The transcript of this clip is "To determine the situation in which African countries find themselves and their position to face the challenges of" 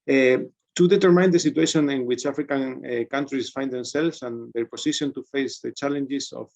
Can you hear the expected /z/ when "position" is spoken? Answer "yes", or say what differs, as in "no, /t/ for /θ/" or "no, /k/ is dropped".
no, /s/ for /z/